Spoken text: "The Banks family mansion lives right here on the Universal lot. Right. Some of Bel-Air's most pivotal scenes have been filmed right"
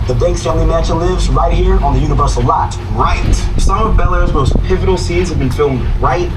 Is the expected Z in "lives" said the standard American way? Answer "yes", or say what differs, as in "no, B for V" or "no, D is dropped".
yes